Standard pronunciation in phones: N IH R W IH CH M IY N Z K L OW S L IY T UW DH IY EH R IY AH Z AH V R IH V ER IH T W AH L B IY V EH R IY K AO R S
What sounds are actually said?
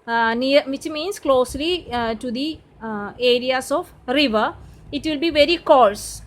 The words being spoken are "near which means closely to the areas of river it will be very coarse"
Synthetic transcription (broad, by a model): N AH R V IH CH M IY N S K L OW S L IY T UW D IY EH R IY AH S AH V R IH V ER IH T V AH L B IY V EH R IY K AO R S